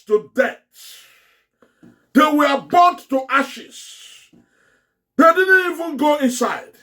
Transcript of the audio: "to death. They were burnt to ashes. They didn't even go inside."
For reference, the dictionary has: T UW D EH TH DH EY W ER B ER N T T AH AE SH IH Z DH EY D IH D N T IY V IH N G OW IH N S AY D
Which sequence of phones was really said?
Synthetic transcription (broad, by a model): T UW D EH S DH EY W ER B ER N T T AH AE SH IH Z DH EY D IH D N T IY V IH N G OW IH N S AY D